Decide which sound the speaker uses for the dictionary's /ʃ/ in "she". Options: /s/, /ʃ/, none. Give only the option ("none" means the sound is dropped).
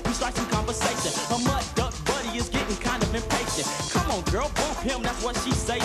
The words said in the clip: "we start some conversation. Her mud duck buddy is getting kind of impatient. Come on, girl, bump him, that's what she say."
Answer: /ʃ/